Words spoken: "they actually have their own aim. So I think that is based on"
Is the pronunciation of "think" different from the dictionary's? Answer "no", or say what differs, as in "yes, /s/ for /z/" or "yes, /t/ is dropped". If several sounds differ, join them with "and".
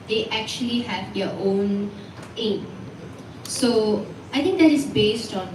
yes, /t/ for /θ/